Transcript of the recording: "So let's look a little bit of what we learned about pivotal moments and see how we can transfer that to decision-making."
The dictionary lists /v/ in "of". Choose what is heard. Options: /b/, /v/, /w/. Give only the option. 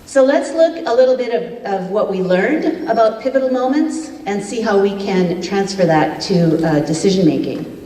/v/